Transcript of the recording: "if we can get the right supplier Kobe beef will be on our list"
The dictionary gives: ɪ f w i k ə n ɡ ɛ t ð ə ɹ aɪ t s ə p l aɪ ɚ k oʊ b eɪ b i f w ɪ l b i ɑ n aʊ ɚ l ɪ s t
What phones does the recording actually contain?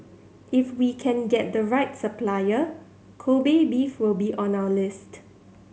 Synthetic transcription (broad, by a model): ɪ f w i k ə n ɡ ɛ t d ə ɹ aɪ t s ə p l aɪ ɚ k oʊ b eɪ b i f w ɪ l b i ɑ n aʊ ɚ l ɪ s t